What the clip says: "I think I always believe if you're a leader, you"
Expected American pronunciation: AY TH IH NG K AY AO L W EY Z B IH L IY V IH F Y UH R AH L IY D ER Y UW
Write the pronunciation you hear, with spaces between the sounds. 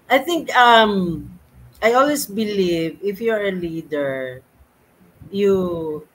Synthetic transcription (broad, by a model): AY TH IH NG K AY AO L W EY S B IH L IY V IH F Y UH R AH L IY D ER Y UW